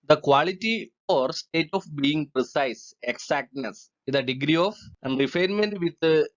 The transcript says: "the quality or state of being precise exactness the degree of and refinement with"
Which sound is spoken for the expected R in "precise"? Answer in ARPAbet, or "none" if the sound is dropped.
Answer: R